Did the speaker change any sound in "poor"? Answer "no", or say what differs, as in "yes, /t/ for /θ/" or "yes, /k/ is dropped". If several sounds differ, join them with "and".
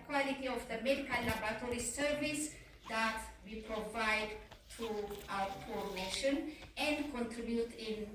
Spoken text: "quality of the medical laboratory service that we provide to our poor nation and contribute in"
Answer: yes, /f/ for /p/